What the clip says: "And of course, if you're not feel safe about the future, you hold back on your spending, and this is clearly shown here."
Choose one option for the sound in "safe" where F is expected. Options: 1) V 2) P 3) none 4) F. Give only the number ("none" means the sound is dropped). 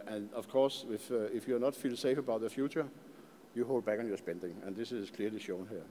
4